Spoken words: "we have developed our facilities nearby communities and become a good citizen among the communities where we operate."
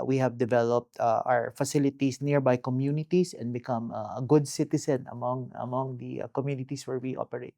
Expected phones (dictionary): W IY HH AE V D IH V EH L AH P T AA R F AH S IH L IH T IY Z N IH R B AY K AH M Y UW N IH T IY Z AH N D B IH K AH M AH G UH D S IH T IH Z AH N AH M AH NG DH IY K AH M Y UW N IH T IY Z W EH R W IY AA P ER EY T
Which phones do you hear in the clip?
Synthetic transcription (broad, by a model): W IY HH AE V D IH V EH L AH P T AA W F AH S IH L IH T IY S N IH R B AY K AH M Y UW N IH T IY S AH N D B IH K AH M AH G UH D S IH T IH S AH N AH M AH NG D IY K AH M Y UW N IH T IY S W EH R W IY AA P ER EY T